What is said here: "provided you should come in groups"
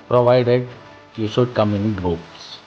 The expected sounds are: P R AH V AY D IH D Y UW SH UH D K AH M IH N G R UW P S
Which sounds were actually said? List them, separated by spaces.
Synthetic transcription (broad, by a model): P R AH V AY D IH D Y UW S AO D K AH M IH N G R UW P S